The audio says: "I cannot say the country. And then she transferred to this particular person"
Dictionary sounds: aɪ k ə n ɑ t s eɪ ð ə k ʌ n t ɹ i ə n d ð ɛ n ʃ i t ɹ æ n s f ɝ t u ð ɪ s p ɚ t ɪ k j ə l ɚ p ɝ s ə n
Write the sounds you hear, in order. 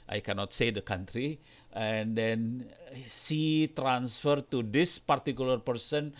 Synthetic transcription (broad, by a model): aɪ k ə n ɑ t s eɪ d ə k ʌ n t ɹ i ə n d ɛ n s i t ɹ æ n s f ɝ t u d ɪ s p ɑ t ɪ k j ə l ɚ p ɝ s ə n